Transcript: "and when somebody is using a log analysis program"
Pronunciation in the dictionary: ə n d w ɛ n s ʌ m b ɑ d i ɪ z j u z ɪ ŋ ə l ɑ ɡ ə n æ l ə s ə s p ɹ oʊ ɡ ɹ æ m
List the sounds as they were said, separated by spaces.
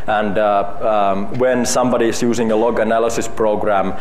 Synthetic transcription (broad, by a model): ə n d w ɛ n s ʌ m b ɑ d i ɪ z j u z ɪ ŋ ə l ɑ ɡ ə n æ l ə s ə s p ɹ oʊ ɡ ɹ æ m